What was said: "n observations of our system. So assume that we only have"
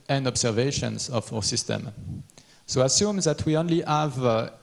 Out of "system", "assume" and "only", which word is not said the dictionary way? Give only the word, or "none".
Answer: none